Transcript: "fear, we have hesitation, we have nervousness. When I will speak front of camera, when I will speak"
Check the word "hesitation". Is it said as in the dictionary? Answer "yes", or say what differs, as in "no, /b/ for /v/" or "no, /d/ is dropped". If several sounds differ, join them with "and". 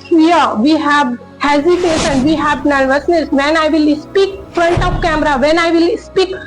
no, /s/ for /ʃ/